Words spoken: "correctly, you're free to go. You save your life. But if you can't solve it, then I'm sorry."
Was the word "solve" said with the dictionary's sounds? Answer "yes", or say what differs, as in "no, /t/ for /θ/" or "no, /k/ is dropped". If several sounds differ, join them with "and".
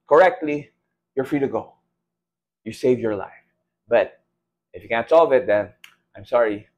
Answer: yes